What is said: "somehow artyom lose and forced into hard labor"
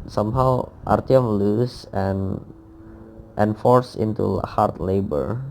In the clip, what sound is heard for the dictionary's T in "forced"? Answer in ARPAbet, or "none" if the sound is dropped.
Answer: none